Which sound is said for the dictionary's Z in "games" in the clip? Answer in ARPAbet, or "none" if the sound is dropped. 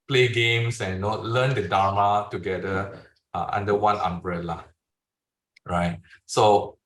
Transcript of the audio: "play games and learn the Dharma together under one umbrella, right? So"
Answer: S